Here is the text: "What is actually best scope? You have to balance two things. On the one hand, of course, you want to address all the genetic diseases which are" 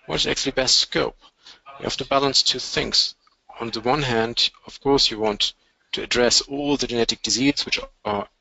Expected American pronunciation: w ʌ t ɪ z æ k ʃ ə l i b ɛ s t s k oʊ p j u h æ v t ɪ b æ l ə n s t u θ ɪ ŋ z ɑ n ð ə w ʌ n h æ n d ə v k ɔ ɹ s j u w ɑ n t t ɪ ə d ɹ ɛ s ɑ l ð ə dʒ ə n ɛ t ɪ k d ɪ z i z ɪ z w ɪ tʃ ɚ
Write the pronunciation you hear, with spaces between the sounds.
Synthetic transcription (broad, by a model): w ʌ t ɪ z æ k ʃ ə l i b ɛ s t s k oʊ p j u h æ f t ɪ b æ l ə n s t u θ ɪ ŋ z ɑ n ð ə w ʌ n h æ n d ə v k ɔ ɹ s j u w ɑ n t t ɪ ə d ɹ ɛ s ɑ l ð ə dʒ ə n ɛ t ɪ k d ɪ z i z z w ɪ tʃ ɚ